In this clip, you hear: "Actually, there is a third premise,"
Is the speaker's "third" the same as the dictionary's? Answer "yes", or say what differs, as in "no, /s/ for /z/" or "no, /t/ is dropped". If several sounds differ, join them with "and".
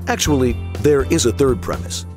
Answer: yes